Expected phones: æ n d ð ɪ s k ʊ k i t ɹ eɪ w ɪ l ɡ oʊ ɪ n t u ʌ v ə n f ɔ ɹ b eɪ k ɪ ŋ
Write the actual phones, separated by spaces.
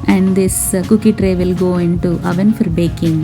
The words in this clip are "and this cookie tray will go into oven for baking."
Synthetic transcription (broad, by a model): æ n d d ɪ s k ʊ k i t ɹ eɪ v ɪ l ɡ oʊ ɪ n t u ʌ v ə n f ɔ ɹ b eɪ k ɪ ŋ